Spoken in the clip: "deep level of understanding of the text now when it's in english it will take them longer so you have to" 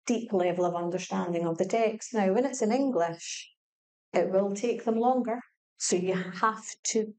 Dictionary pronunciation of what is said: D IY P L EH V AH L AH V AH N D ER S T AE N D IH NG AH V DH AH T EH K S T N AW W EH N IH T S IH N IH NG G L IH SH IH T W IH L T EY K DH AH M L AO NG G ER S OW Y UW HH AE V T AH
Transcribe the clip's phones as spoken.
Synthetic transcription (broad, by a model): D IY P L EH V AH L AH V AH N D ER S T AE N D IH NG AH V DH AH T EH K S T N AW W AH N IH T S IH N IH NG G L IH SH IH T W IH L T EY K DH AH M L AO NG G ER S OW Y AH HH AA F T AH